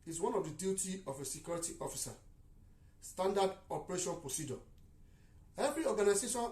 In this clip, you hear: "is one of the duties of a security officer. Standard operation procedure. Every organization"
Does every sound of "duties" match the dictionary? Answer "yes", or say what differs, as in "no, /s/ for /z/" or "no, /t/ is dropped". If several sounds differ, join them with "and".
no, /z/ is dropped